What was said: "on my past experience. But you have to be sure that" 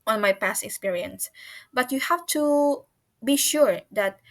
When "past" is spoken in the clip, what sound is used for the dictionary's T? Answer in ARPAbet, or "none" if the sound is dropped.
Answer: T